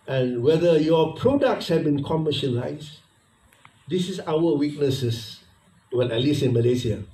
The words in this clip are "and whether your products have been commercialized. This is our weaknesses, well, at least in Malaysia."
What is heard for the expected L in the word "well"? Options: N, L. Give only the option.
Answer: N